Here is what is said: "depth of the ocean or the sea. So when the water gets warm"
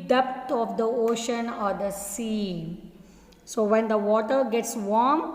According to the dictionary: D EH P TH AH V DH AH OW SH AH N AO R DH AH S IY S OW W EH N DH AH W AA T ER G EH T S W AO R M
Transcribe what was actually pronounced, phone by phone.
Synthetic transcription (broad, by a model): D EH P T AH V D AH OW SH AH N AO R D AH S IY S OW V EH N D AH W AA T ER G EH T S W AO R M